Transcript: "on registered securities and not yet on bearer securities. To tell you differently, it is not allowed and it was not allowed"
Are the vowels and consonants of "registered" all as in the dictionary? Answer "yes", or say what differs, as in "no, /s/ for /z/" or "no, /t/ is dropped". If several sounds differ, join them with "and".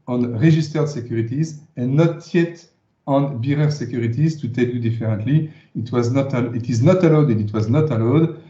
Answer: no, /ʒ/ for /dʒ/